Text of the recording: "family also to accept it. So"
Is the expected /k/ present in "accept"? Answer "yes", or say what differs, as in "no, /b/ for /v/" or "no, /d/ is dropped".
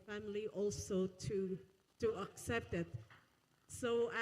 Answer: yes